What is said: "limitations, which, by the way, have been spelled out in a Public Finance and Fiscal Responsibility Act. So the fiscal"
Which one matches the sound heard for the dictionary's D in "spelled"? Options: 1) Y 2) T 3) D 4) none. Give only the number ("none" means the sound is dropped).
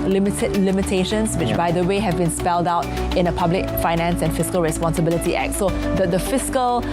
3